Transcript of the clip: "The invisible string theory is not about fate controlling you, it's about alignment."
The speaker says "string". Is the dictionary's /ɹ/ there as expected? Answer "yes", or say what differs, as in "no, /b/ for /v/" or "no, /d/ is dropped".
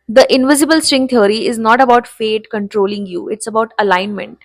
yes